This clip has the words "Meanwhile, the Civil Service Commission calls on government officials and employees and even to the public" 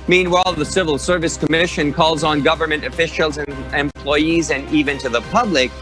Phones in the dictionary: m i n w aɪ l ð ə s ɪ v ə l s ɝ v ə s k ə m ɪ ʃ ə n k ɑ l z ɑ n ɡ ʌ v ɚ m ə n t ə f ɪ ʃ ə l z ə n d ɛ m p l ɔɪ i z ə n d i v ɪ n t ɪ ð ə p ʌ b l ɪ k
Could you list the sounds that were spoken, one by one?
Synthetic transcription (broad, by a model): m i n w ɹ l ð ə s ɪ v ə l s ɝ v ə s k ə m ɪ ʃ ə n k ɑ l z n ɡ ʌ v ɚ m ə n t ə f ɪ ʃ l z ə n ɛ m p l ɔɪ i z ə n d i v ɪ n t ɪ ð ə p ʌ b l ɪ k